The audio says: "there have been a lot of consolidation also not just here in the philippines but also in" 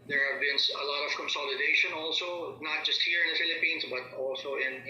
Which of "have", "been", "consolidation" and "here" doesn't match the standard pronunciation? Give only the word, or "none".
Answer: none